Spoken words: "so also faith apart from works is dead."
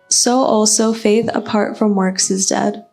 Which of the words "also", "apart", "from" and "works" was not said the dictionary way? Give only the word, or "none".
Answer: none